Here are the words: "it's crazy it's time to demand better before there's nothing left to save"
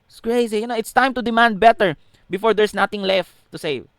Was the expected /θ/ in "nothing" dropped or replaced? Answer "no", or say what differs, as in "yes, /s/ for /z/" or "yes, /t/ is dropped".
yes, /t/ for /θ/